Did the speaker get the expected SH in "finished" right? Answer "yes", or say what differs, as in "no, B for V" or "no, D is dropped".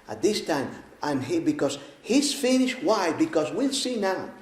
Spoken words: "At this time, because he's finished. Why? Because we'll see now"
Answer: yes